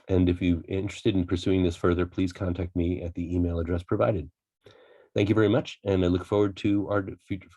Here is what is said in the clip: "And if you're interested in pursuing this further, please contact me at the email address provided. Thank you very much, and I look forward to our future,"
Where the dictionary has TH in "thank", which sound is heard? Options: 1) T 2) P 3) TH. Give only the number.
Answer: 3